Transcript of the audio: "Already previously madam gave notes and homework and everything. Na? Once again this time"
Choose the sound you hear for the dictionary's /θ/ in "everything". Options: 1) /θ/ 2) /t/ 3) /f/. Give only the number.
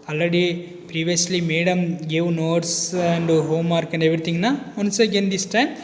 2